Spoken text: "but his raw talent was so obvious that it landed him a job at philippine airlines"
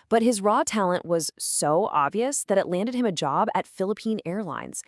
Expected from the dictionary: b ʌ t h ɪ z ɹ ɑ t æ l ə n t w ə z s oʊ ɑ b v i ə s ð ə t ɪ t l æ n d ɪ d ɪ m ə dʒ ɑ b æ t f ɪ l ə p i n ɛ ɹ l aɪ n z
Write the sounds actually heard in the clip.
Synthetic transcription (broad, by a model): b ʌ t h ɪ z ɹ ɑ t æ l ə n t w ə z s oʊ ɑ b v i ə s ð ə t ɪ t l æ n d ɪ d ɪ m ə dʒ ɑ b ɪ t f ɪ l ə p i n ɛ ɹ l aɪ n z